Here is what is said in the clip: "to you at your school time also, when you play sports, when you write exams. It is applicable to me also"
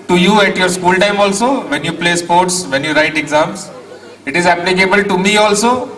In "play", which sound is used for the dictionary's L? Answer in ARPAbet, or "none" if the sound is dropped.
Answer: L